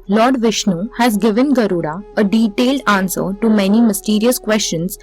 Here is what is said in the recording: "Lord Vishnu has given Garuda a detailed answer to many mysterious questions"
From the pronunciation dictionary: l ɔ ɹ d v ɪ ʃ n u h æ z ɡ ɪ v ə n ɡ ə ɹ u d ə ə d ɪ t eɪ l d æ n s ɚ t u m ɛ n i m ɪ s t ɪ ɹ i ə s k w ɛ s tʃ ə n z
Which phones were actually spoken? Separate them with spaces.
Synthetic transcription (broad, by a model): l ɔ ɹ d v ɪ ʃ n u h æ z ɡ ɪ v ə n ɡ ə ɹ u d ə ə d ɪ t eɪ l d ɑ n s ɚ t u m ɛ n i m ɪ s t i ɹ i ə s k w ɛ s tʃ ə n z